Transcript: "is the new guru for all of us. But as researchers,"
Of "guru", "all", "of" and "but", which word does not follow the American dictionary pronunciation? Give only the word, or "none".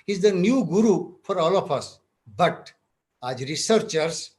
of